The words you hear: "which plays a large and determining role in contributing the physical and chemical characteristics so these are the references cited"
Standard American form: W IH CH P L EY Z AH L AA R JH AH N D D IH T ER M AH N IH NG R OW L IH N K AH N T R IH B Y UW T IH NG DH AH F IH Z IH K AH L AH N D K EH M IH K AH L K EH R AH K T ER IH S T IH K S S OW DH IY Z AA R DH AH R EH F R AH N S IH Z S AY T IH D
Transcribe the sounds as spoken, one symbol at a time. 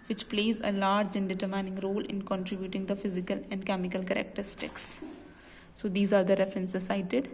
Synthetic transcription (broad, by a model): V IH CH P L EY Z AH L AA R JH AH N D D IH T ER M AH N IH NG R OW L IH N K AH N T R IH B Y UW T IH NG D AH F IH Z IH K AH L AH N D K EH M IH K AH L K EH R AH K T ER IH S T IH K S S OW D IY Z AA R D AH R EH F R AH N S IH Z S AY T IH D